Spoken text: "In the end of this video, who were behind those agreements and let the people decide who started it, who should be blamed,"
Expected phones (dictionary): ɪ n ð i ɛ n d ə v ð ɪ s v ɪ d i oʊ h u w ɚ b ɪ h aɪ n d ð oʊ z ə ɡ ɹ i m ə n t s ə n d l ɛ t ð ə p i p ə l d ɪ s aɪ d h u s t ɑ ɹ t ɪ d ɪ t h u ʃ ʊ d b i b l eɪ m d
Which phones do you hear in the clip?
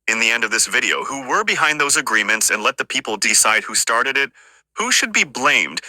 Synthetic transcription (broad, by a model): ɪ n ð i ɛ n d ə v ð ɪ s v ɪ d i oʊ h u w ɚ b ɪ h aɪ n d ð oʊ z ə ɡ ɹ i m ə n t s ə n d l ɛ t ð ə p i p l d ɪ s aɪ d h u s t ɑ ɹ t ɪ d ɪ t h u ʃ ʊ d b i b l eɪ m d